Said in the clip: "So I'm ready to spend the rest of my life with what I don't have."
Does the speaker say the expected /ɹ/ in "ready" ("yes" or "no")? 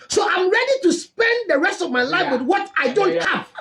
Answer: yes